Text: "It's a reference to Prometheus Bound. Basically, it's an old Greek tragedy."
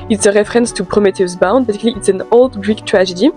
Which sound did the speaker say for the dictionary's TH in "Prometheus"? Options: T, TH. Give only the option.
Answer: T